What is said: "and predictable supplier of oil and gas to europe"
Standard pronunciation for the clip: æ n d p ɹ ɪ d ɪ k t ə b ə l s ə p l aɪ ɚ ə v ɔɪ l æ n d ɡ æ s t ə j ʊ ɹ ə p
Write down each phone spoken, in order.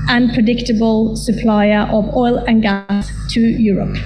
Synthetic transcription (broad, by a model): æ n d p ɹ ɪ d ɪ k t ə b ə l s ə p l aɪ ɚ ə v ɔɪ l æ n ɡ æ s t ə j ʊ ɹ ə p